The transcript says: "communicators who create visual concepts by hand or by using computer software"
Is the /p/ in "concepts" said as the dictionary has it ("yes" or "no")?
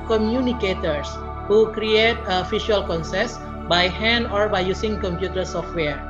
no